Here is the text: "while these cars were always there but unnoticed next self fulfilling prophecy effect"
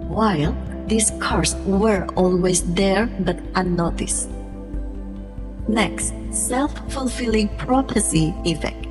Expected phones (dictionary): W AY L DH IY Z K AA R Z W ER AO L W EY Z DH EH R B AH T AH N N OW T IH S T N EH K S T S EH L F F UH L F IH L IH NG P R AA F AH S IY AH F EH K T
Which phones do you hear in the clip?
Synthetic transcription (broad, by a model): W AY L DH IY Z K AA R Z W ER AO L W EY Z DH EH R B AH T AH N N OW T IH S N EH K S T S EH L F F UH L F IH L IH NG P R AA P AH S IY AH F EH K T